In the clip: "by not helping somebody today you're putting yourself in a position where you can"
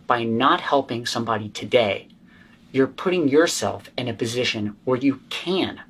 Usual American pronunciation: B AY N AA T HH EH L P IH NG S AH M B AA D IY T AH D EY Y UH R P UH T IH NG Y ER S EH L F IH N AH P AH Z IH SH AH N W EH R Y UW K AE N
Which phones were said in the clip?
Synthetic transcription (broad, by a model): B AY N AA T HH EH L P IH NG S AH M B AA D IY T AH D EY Y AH R P UH T IH NG Y ER S EH L F IH N AH P AH Z IH SH AH N W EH R Y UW K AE N